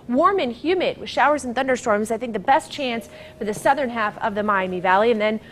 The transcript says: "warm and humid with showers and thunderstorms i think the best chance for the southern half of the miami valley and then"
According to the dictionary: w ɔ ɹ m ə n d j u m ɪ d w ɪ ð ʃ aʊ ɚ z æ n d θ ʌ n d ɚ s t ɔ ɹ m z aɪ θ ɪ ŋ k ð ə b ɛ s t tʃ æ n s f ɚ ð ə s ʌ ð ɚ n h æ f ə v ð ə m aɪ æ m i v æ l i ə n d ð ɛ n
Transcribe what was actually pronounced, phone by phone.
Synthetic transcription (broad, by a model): w ɔ ɹ m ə n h j u m ɪ d w ɪ ð ʃ aʊ ɚ z n θ ʌ n d ɚ s t ɔ ɹ m z aɪ θ ɪ ŋ k ð ə b ɛ s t tʃ æ n s f ɚ ð ə s ʌ ð ɚ n h æ f ə v ð ə m aɪ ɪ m i v æ l i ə n ð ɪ n